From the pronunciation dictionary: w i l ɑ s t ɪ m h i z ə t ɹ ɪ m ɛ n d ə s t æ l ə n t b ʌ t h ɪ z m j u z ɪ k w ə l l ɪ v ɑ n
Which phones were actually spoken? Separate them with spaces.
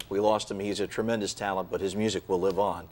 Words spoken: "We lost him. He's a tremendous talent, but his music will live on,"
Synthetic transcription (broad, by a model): w i l ɑ s t ɪ m h i z ə t ɹ ɪ m ɛ n d ə s t æ l ə n b ʌ t h ɪ z m j u z ɪ k w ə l l ɪ v n